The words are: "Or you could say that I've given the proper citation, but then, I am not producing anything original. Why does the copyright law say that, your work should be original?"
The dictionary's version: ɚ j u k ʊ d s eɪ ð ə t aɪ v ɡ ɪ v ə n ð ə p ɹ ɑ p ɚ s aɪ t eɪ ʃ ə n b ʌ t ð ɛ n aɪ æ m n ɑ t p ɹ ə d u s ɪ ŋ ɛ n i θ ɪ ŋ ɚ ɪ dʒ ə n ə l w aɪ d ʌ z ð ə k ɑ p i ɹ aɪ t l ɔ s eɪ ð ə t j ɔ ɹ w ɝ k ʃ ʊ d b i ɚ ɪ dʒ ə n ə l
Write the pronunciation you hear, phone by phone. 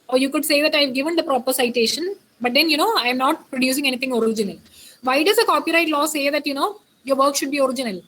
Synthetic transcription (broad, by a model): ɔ j u k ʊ d s eɪ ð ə t aɪ v ɡ ɪ v ə n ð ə p ɹ ɑ p ɚ s aɪ t eɪ ʃ ə n b ʌ t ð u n aɪ m n ɑ t p ɹ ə d u s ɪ ŋ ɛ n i t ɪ ŋ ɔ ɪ dʒ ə n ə l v aɪ d ʌ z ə k ɑ p i ɹ aɪ t l ɔ s eɪ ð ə t j ɔ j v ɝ k ʃ ʊ d b i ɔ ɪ dʒ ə n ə l